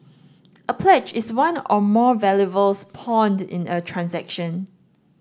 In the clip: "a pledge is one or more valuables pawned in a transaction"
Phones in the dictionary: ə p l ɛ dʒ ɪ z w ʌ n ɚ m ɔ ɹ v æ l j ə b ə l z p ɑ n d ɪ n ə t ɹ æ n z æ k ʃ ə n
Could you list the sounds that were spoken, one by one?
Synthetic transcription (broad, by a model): ə p l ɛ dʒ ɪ s w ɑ n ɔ m ɔ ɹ v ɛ l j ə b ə l s p ɑ n d ɪ n ə t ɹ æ n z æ k ʃ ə n